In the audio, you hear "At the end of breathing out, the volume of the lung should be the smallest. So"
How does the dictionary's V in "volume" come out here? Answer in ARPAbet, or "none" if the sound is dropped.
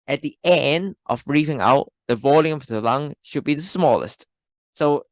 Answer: V